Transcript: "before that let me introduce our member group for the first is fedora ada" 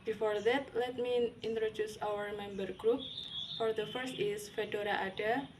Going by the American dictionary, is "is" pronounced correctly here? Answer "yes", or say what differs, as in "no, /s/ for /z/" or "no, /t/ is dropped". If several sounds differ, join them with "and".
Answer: no, /s/ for /z/